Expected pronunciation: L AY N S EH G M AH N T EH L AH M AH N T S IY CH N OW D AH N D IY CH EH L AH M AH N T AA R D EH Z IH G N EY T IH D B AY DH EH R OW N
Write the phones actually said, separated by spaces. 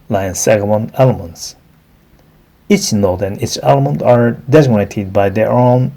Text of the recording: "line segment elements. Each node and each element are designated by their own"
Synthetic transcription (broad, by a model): L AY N S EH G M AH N EH L AH M AH N T S IY CH N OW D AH N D IY CH EH L AH M AH N T AA R D EH Z IH G N EY T IH D B AY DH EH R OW N